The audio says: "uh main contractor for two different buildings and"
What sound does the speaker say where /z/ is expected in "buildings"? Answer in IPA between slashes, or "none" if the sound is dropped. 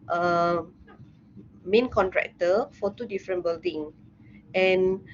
none